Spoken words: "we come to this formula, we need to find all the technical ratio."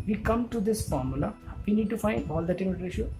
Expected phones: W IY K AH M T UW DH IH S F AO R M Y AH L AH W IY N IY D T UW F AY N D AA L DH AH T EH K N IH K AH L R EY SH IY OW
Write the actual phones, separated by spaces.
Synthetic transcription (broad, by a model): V IY K AH M T UW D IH S F AO R M Y AH L AH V IY N IY D T UW F AY N D AA L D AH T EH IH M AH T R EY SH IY